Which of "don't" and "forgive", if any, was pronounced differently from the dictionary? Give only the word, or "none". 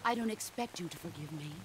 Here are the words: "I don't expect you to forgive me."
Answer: none